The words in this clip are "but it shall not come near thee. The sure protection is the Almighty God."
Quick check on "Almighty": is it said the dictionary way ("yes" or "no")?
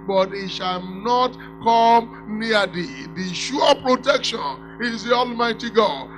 yes